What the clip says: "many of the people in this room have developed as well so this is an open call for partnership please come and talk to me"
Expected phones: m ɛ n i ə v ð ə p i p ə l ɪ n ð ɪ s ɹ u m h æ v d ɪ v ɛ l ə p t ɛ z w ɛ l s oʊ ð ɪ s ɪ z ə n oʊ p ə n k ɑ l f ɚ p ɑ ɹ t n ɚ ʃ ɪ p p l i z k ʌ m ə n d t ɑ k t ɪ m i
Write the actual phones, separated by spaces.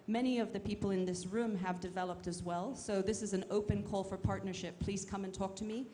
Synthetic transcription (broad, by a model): m ɛ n i ə v ð ə p i p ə l ɪ n ð ɪ s ɹ u m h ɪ v d ɪ v ɛ l ə p t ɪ z w ɛ l s oʊ ð ɪ s ɪ z ə n oʊ p ə n k ɑ l f ɚ p ɑ ɹ t n ɚ ʃ ɪ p p l i z k ʌ m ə n t ɑ k t ɪ m i